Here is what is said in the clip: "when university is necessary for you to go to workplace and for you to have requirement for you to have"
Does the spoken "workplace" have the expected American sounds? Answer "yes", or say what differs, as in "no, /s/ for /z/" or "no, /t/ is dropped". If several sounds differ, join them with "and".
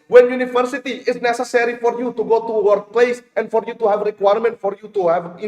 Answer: yes